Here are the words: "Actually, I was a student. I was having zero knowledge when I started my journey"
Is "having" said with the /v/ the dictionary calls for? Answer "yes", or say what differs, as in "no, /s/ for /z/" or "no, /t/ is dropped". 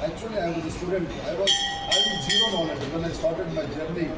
no, /v/ is dropped